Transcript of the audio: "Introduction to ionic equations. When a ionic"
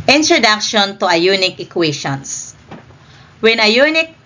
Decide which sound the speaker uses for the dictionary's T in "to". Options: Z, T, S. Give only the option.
T